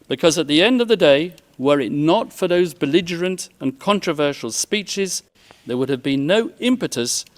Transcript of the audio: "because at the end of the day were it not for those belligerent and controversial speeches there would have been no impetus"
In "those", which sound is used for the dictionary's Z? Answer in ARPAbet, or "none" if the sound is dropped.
Z